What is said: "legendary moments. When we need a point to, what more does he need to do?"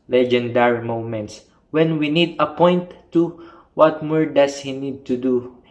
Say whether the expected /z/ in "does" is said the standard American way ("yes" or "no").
no